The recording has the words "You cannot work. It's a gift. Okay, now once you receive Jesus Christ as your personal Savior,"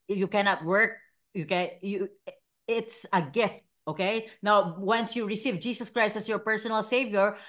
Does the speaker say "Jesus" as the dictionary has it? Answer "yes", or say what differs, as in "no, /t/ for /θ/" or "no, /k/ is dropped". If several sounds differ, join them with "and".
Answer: no, /s/ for /z/